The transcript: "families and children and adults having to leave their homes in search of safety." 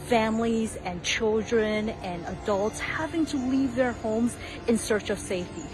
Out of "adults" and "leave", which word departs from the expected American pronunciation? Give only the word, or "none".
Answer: none